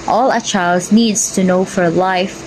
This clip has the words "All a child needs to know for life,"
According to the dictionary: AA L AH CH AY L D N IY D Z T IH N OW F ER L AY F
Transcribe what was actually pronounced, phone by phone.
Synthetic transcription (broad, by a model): AA L AH CH AY L D N IY D Z T IH N OW F ER L AY F